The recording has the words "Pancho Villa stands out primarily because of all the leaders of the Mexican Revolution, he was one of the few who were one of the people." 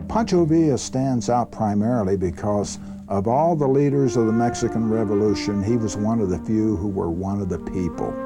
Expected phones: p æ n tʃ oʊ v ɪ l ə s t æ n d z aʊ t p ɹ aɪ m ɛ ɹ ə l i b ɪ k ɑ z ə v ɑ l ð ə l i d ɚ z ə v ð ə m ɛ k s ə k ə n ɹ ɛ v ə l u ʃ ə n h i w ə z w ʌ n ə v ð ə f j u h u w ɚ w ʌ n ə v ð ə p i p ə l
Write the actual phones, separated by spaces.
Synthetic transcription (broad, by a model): p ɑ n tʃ oʊ v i ə s t æ n d z aʊ t p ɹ aɪ m ɛ ɹ l i b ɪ k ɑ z ə v ɑ l ð ə l i d ɚ z ə v ð ə m ɛ k s ə k ə n ɹ ɛ v ə l u ʃ ə n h i w ə z w ʌ n ə v ð ə f j u h u w ɚ w ʌ n ə v ð ə p i p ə l